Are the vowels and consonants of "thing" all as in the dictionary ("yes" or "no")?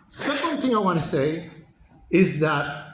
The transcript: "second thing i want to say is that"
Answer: yes